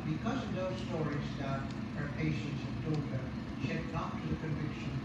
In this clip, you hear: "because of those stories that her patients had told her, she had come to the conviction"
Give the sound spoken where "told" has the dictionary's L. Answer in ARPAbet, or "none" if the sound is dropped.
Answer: none